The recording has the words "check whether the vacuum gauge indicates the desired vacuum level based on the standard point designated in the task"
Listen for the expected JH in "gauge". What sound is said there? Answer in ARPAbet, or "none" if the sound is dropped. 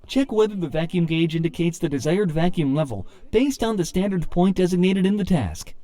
JH